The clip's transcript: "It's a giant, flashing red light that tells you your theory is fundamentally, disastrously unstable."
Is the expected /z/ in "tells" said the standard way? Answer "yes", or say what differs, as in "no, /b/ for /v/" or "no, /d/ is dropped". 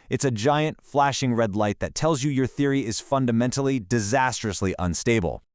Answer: yes